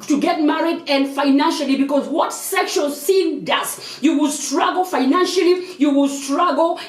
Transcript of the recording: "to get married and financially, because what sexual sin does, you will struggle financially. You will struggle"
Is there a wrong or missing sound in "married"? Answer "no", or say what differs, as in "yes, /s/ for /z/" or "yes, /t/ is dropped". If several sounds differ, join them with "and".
no